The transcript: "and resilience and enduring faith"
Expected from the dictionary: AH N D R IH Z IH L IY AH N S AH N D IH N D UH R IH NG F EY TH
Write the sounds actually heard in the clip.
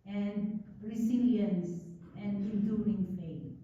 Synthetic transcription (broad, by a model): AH N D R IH S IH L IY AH N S AH N D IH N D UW IH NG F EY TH